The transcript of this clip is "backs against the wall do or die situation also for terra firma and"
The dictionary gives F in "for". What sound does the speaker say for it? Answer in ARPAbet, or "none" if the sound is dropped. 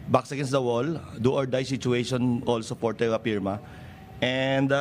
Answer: P